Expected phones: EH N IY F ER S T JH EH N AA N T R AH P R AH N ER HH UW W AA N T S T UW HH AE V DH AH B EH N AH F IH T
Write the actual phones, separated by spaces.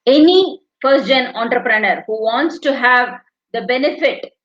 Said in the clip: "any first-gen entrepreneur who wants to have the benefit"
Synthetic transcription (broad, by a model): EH N IY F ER T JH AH N AA N T R AH P R AH N ER HH UW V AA N T S T UW HH AE V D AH B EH N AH F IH T